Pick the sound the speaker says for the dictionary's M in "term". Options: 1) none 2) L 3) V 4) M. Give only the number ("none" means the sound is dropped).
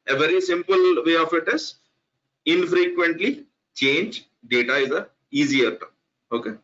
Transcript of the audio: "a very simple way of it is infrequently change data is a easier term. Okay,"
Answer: 1